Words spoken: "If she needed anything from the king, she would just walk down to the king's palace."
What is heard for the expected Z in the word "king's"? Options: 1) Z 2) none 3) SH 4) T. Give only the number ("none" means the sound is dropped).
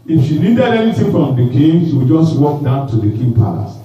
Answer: 2